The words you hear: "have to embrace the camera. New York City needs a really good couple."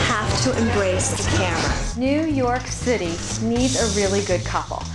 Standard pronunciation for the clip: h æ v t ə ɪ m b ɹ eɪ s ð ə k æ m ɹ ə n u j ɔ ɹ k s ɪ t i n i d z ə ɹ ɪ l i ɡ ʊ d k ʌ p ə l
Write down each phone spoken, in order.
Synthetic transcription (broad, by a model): h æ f t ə ɪ m b ɹ eɪ s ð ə k æ m ɹ ə n u j ɔ ɹ k s ɪ t i n i d z ə ɹ ɪ l i ɡ ʊ d k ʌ p l